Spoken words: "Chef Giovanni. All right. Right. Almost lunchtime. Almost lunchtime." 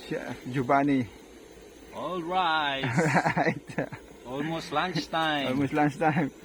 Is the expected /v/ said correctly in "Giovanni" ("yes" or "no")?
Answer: no